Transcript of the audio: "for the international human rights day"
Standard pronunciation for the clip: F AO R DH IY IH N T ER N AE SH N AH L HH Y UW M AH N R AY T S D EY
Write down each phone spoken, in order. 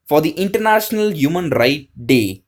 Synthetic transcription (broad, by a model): F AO R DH IY IH N T ER N AE SH N AH L HH Y UW M AH N R AY T D EY